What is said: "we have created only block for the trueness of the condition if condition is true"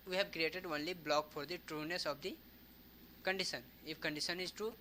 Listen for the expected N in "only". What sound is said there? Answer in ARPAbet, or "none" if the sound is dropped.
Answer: N